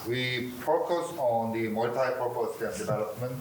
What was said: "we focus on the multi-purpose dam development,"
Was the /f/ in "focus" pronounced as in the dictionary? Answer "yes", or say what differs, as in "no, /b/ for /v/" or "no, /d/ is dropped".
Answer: no, /p/ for /f/